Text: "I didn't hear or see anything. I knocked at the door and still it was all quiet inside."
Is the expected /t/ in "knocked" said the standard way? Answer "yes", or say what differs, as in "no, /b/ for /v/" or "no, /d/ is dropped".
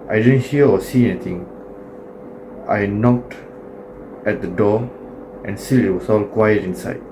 yes